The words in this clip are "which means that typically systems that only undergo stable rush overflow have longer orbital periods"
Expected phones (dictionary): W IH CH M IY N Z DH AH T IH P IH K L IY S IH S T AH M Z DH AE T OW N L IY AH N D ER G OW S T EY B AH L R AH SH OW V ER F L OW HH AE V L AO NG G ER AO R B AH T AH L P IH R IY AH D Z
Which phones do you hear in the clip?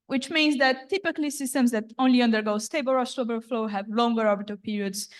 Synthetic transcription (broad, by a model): W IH CH M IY N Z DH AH T IH P IH K L IY S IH S T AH M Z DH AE T OW N L IY AH N D ER G OW S T EY B AH L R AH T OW B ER F L OW HH AE V L AO NG G ER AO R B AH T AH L P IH R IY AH D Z